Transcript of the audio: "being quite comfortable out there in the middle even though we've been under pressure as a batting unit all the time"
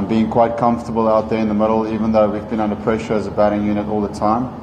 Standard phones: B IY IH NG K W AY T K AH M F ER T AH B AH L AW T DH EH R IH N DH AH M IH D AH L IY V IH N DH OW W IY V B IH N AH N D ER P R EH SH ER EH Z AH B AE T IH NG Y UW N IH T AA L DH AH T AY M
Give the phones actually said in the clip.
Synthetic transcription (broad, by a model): B IY IH NG K W AY T K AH M F T AH B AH L AW T DH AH R IH N DH AH M IH D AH L IY V IH N DH OW W IY V B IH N AH N D ER P R EH SH ER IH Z AH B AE T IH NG Y UW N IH T AA L DH AH T AY M